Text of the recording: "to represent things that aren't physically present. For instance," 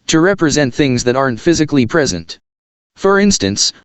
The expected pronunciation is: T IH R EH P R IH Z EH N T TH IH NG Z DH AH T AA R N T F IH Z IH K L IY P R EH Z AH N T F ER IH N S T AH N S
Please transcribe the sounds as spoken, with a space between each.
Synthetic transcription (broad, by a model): T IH R EH P R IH Z EH N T TH IH NG Z DH AH T AA R N T F IH Z IH K L IY P R EH Z AH N T F ER IH N S T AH N S